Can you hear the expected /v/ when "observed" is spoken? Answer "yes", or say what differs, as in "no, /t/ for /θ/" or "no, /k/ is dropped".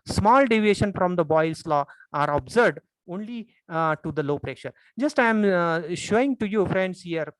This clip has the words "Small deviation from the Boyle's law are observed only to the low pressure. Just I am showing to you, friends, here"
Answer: no, /v/ is dropped